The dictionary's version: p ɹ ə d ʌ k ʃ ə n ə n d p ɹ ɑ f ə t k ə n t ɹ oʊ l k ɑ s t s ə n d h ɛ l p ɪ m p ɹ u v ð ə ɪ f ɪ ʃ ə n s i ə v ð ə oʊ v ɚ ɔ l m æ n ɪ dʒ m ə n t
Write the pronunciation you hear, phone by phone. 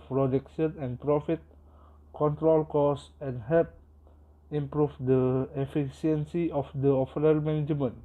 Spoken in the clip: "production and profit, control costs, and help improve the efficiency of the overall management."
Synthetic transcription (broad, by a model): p ɹ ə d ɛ k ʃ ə n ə n p ɹ ɑ f ə t k ə n t ɹ oʊ l k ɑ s s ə n h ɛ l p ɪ m p ɹ u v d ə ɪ f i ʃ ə n s i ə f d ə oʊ f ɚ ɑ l m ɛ n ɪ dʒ m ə n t